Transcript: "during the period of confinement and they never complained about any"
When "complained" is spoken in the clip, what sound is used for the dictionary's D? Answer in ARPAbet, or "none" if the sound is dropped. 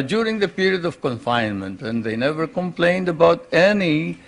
D